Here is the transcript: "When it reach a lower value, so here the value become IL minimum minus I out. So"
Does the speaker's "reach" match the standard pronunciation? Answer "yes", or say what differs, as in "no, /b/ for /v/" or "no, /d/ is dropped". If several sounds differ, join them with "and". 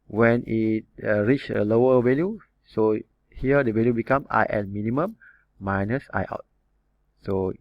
yes